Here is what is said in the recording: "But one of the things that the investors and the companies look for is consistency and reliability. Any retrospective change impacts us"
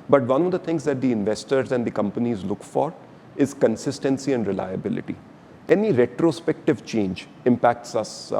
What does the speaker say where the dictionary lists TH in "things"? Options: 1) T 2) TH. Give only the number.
1